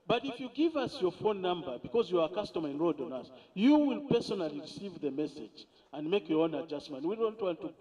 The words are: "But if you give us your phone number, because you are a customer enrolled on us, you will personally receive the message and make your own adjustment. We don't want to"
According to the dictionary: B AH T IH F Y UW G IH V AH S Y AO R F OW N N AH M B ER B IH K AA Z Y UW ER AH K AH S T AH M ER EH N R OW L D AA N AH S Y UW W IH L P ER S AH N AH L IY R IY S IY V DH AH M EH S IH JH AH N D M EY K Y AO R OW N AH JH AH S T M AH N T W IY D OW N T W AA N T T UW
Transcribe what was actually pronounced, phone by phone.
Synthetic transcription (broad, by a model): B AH T IH F Y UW G IH V AH S Y AO R F OW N N AH M B ER B IH K AA Z Y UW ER AH K AH S T AH M ER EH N R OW D AA N AH S Y UW W IH L P ER S AH N AH L IY R IY S IY V DH AH M EH S IH JH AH N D M EY K Y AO R OW N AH JH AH S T M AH N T W IY D OW N T W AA N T T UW